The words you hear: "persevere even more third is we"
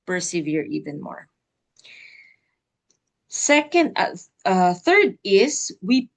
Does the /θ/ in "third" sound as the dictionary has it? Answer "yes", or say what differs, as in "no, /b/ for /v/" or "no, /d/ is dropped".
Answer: yes